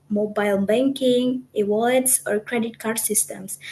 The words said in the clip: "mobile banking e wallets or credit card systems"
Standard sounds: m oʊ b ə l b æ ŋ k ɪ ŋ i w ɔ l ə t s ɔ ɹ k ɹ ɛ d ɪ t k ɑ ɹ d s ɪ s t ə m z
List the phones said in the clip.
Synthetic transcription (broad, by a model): m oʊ b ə l b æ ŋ k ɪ ŋ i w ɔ ə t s ɔ ɹ k ɹ ɛ d ɪ t k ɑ ɹ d s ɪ s t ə m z